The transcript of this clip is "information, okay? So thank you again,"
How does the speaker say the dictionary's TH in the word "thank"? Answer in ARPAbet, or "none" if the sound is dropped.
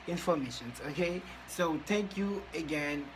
T